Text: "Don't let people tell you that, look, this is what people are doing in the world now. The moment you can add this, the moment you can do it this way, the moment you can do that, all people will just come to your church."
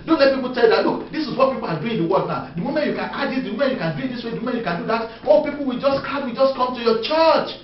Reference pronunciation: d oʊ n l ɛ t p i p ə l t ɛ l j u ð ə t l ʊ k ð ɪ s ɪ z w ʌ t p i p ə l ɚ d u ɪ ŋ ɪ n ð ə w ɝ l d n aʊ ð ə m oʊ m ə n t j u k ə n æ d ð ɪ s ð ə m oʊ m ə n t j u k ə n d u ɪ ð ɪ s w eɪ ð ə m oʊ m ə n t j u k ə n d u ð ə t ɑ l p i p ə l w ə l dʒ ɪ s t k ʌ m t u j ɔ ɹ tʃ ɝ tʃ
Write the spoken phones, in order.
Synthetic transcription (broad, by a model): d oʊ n l ɛ t p i p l t ɛ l j u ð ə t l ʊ k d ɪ s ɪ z w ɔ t p i p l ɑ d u ɪ n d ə w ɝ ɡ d n aʊ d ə m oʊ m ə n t j u k ə n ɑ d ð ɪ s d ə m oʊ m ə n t j u k ə n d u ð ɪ s w eɪ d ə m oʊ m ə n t j u k ə n d u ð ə t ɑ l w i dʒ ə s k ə w dʒ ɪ s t k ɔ m t u j ɔ tʃ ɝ tʃ